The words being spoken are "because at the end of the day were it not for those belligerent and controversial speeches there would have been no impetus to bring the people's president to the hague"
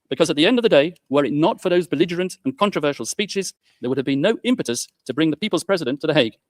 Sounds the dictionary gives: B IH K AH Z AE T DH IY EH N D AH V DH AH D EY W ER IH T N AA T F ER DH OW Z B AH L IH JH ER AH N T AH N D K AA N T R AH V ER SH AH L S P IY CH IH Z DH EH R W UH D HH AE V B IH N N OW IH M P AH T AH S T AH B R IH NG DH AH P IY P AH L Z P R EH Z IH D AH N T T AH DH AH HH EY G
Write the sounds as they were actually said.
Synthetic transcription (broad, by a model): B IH K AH Z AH T DH IY EH N D AH V DH AH D EY W ER IH T N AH T F ER DH OW Z B AH L IH JH ER AH N T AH N K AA N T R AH V ER SH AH L S P IY CH IH Z DH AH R W UH D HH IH V B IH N N OW IH M P AH T AH S T AH B R IH NG DH AH P IY P AH L Z P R EH Z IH D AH N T T AH DH AH HH EY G